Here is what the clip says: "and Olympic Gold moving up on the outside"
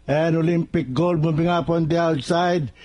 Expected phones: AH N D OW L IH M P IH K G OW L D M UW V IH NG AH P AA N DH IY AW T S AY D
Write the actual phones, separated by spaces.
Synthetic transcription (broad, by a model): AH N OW L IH M P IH K G OW L D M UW B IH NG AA P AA N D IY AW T S AY D